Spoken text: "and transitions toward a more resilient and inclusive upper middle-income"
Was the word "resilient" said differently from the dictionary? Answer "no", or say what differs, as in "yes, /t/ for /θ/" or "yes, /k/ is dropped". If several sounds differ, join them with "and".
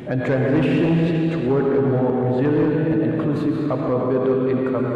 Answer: yes, /t/ is dropped